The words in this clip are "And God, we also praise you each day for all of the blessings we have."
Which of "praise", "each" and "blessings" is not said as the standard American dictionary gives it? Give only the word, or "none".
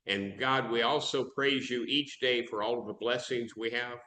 none